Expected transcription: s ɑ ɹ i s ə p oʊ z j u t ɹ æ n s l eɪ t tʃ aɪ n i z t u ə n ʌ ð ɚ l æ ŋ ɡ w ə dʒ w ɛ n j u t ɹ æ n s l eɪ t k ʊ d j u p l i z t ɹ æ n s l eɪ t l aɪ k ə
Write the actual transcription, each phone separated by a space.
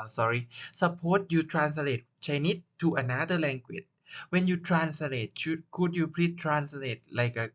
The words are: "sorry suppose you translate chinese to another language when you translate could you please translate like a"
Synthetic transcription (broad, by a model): s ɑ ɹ i s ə p oʊ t j u t ɹ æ n s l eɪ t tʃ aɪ n i t u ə n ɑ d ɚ l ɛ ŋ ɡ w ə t w ɛ n j u t ɹ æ n s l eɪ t k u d j u p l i t ɹ æ n s l eɪ t l aɪ k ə